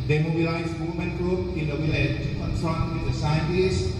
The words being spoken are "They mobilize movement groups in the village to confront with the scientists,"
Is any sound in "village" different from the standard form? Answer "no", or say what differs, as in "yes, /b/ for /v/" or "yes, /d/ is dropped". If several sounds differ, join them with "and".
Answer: yes, /w/ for /v/